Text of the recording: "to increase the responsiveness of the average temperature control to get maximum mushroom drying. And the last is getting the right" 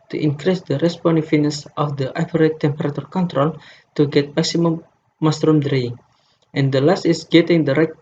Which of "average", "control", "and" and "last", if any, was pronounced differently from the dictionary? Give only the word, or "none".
average